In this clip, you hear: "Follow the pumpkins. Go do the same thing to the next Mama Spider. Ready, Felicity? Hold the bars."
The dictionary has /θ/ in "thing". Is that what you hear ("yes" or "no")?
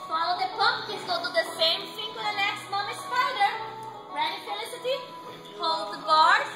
no